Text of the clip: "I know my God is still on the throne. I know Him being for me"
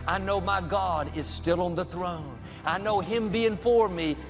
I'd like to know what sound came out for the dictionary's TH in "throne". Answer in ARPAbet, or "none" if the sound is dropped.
TH